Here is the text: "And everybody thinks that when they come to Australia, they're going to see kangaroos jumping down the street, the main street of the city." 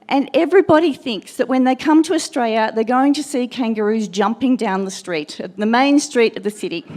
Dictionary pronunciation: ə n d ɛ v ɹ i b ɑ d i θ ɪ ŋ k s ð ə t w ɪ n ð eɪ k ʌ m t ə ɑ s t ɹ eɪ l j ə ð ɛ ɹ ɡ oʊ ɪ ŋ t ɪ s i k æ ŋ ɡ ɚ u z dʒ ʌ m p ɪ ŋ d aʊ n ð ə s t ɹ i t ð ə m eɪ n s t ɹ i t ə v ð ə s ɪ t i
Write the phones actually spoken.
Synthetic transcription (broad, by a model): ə n ɛ v ɹ i b ɑ d i θ ɪ ŋ k s ð ə t w ɪ n ð eɪ k ʌ m t ə ɑ s t ɹ eɪ l j ə ð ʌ ɹ ɡ oʊ ɪ ŋ t ɪ s i k æ ŋ ɡ ɚ u z dʒ ʌ m p ɪ ŋ d aʊ n ð ə s t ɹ i t ð ə m eɪ n s t ɹ i t ə v ð ə s ɪ t i